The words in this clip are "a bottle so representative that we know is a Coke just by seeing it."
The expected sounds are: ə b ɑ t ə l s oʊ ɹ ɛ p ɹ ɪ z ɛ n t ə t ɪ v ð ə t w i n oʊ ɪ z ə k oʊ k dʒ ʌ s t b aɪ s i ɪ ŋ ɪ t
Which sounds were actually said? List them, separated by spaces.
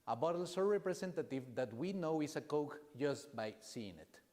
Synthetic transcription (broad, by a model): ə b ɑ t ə l s oʊ ɹ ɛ p ɹ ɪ s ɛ n t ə t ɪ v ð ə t w i n oʊ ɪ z ə k oʊ k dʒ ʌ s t b aɪ s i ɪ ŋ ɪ t